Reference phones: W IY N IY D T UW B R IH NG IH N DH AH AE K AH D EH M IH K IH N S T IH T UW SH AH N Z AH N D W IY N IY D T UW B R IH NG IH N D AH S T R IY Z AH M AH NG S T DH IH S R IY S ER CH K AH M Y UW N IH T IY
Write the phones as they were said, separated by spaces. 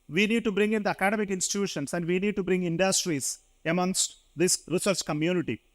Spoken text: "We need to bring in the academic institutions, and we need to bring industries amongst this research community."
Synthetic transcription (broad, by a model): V IY N IY D T UW B R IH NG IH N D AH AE K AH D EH M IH K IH N S T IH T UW SH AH N S AH N D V IY N IY D T UW B R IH NG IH N D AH S T R IY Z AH M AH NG S T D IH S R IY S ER S K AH M Y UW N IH T IY